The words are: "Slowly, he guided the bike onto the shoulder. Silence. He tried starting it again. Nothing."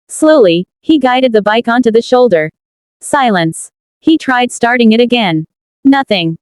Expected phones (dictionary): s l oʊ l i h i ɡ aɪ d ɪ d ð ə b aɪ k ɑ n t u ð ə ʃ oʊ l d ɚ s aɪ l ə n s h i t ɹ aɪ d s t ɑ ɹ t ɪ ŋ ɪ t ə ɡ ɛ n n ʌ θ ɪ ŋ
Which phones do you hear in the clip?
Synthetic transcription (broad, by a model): s l oʊ l i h i ɡ aɪ d ɪ d ð ə b aɪ k ɑ n t u ð ə ʃ oʊ l d ɚ s aɪ l ə n s h i t ɹ aɪ d s t ɑ ɹ t ɪ ŋ ɪ t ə ɡ ɛ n n ʌ θ ɪ ŋ